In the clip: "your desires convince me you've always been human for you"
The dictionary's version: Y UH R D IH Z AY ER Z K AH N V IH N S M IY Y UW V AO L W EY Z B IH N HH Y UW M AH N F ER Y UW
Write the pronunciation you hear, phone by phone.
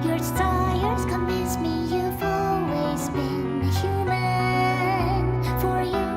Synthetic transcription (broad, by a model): Y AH R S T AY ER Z K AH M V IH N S M IY Y UW V AO L W EY Z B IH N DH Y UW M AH N F ER Y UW